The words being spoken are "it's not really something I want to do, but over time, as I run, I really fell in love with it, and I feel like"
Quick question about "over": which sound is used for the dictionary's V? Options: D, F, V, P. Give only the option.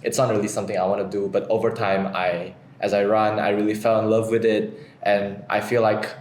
V